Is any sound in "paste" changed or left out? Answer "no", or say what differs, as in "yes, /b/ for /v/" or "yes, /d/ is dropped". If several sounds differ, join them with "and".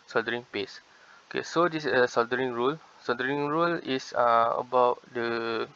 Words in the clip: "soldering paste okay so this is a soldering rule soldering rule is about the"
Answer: yes, /t/ is dropped